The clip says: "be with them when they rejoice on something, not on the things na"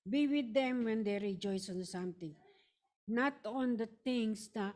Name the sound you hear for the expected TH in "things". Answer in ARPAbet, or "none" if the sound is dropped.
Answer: T